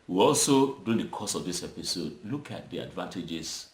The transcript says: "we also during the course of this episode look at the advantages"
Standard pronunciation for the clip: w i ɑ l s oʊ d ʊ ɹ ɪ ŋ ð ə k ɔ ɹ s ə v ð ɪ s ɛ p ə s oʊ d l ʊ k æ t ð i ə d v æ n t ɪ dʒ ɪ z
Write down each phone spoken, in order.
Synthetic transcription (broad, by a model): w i ɑ l s oʊ d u ɪ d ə k ɔ s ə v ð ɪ s ɛ p ə s oʊ d l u k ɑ t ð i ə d v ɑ n t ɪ dʒ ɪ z